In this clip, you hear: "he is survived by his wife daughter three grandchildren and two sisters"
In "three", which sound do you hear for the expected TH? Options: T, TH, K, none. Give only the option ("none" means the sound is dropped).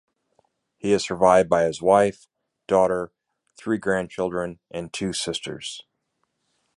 TH